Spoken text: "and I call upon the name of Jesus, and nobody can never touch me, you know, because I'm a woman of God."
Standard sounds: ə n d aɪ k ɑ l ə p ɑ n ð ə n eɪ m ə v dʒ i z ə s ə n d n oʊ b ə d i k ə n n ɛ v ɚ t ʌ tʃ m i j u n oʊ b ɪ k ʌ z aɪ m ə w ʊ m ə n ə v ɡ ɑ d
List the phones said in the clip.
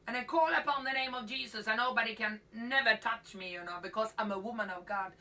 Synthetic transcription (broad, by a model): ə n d aɪ k ɑ l ə p ɑ n ð ə n eɪ m ə v dʒ i z ə s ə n n oʊ b ə d i k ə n n ɛ v ɚ t ʌ tʃ m i j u n oʊ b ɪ k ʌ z aɪ m ə w ʊ m ə n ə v ɡ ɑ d